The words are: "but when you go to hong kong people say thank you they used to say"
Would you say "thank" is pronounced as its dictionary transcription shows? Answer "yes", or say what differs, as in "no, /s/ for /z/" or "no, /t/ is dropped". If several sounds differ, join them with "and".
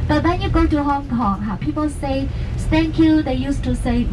no, /s/ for /θ/